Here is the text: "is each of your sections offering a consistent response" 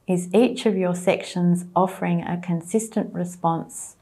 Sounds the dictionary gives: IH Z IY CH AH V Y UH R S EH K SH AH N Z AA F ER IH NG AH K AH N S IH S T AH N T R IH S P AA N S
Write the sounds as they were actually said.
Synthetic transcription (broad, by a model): IH Z IY CH AH V Y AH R S EH K SH AH N Z AA F ER IH NG AH K AH N S IH S T AH N T R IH S P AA N S